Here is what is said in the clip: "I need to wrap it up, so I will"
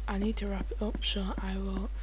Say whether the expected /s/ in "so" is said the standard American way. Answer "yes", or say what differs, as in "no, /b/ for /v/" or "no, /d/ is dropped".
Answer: no, /ʃ/ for /s/